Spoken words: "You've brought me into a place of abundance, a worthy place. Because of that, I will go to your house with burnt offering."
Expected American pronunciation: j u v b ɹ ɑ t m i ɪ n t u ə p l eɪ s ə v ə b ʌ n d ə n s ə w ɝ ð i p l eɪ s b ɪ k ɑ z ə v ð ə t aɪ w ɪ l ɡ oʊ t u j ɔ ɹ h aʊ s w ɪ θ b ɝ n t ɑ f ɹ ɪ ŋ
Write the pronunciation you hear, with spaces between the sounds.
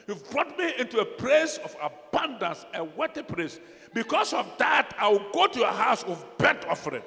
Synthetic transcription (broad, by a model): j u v b ɹ ɑ t m i ɪ n t u ə p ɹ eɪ s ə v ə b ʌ n d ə n s ə w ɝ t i p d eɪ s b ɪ k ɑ s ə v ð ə t aɪ w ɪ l ɡ oʊ t u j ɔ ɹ h aʊ s w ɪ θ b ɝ t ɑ f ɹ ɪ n